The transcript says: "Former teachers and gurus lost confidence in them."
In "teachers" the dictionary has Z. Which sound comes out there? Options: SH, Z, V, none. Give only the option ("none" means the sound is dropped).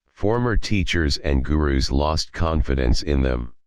Z